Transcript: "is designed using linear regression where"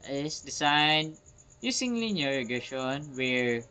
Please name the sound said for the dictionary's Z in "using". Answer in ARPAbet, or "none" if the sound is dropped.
S